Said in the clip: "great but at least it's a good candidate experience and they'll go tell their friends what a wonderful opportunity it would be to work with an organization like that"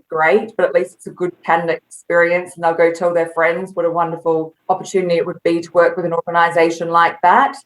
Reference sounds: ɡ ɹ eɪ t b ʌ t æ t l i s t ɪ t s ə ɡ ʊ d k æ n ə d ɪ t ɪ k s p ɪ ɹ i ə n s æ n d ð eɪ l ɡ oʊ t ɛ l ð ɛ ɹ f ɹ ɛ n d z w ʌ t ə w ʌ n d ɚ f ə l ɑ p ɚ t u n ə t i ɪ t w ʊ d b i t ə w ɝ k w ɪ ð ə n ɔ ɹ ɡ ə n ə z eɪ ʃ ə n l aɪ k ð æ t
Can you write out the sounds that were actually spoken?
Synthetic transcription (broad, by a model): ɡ ɹ eɪ t b ʌ t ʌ t l i s t ɪ t s ə ɡ ʊ d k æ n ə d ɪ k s s p ɪ ɹ i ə n s n ð eɪ l ɡ oʊ t ɛ l ð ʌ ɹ f ɹ ɛ n d z w ʌ t ə w ʌ n d ɚ f ə l ɑ p ɚ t u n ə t i ɪ t w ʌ d b i t ə w ɝ k w ɪ ð ə n ɔ ɹ ɡ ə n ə z eɪ ʃ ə n l aɪ k ð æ t